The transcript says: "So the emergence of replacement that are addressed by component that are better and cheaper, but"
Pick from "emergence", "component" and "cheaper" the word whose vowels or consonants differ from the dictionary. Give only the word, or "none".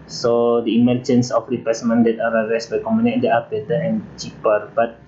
component